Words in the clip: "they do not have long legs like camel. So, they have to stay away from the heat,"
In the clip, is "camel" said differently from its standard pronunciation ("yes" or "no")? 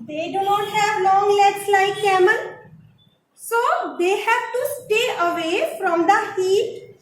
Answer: yes